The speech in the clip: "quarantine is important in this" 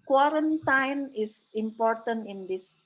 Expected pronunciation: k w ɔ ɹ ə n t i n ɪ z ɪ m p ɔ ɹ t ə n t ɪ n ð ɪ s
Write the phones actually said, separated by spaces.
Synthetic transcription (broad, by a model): k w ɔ ɹ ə n t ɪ n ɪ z ɪ m p ɔ ɹ t ə n t ɪ n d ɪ s